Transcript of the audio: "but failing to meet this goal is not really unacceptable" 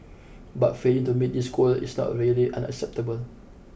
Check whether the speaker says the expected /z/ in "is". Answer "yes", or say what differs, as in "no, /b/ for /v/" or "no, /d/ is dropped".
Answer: no, /s/ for /z/